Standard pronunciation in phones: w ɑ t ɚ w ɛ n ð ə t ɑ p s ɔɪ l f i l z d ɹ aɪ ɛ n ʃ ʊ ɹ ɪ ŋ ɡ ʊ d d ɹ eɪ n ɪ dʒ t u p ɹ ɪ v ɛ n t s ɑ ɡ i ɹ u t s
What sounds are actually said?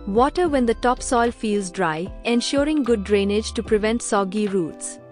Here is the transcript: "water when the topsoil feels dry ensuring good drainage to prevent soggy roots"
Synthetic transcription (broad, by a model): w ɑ t ɚ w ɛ n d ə t ɑ p s ɔɪ l f i l z d ɹ aɪ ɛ n ʃ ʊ ɹ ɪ ŋ ɡ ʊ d d ɹ eɪ n ɪ dʒ t u p ɹ ɪ v ɛ n t s ɑ ɡ i ɹ u t s